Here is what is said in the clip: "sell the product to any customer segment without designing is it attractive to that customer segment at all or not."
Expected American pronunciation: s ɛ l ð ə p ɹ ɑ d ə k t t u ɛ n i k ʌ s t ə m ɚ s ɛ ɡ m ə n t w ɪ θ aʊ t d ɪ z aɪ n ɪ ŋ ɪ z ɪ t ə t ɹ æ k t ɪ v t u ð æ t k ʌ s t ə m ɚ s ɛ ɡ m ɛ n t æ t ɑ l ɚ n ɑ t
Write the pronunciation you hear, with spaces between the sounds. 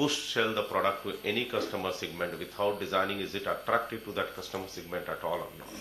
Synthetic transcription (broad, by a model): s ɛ l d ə p ɹ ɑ d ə k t t u ɛ n i k ʌ s t ə m ɚ s ɛ ɡ m ə n t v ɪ t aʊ t d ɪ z aɪ n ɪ ŋ ɪ z ɪ t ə t ɹ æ k t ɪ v t u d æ t k ʌ s t ə m ɚ s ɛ ɡ m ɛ n t æ t ɑ l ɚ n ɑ